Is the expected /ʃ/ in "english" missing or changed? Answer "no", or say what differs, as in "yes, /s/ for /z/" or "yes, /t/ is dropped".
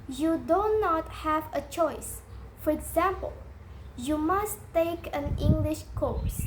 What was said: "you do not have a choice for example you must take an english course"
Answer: no